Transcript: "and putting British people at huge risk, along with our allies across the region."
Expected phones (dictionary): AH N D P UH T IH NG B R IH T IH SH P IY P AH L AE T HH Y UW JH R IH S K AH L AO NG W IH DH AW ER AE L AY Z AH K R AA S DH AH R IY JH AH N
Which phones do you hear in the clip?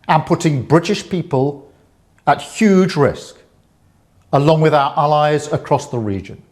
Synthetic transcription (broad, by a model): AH N P UH T IH NG B R IH T IH SH P IY P AH L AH T HH Y UW JH R IH S K AH L AO NG W IH DH AW ER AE L AY Z AH K R AA S DH AH R IY JH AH N